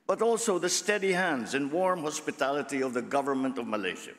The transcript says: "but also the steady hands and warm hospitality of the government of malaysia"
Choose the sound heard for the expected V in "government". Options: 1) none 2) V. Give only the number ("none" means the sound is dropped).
2